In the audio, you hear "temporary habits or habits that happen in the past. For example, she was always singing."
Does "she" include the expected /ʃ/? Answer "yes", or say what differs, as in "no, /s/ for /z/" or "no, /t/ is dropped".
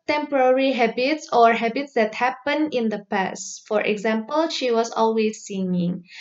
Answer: yes